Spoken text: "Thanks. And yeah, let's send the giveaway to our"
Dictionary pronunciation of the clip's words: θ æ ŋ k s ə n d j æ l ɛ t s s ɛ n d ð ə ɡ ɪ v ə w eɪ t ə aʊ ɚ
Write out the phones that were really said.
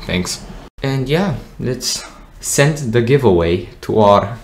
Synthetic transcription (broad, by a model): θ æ ŋ k s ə n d j æ l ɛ t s s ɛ n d ð ə ɡ ɪ v ə w eɪ t ə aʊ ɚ